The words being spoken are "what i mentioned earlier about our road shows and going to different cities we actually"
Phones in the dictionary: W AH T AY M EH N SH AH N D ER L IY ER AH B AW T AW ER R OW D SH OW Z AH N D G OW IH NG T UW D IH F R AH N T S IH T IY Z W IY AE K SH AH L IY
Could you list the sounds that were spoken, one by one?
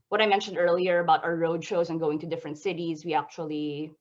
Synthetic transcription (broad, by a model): W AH T AY M EH N SH AH N D ER L IY ER AH B AW T AW ER R OW D SH OW Z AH N G OW IH NG T UW D IH F R AH N T S IH T IY Z W IY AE K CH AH L IY